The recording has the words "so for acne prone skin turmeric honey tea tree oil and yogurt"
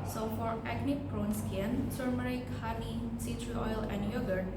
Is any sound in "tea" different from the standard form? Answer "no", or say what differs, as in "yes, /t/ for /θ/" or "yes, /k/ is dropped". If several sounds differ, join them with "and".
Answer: yes, /s/ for /t/